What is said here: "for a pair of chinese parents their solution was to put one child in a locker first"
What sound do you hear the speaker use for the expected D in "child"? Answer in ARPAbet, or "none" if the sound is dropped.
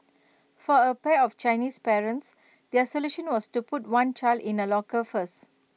D